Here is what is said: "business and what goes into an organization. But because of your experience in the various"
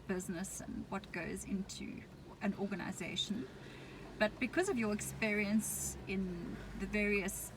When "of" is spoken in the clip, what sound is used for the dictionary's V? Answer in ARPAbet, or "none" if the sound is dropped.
V